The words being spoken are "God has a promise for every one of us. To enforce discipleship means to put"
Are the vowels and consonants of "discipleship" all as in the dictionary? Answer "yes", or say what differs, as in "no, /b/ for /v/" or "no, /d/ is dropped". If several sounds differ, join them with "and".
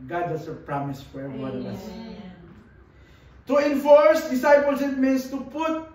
no, /s/ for /ʃ/